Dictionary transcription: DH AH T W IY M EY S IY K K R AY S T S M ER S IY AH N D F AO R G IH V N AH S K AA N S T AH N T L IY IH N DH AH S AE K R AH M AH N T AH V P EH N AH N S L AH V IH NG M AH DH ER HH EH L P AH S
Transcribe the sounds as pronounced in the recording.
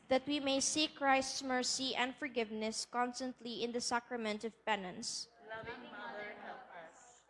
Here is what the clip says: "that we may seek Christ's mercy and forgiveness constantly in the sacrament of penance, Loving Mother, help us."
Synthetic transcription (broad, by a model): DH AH T W IY M EY S IY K K R AY S T S M ER S IY AH N D F AO R G IH V N AH S K AA N S T AH N T L IY IH N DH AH S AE K R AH M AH N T AH V P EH N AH N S S